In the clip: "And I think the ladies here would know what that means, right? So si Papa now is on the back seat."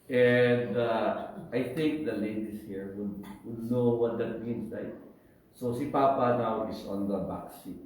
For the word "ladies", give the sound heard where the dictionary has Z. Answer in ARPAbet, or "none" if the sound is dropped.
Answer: S